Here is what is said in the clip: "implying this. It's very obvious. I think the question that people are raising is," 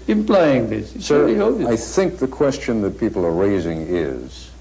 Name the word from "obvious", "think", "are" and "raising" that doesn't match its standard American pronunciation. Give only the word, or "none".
obvious